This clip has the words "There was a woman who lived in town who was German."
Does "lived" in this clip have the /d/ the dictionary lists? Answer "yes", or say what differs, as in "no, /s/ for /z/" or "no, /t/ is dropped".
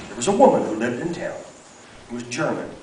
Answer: yes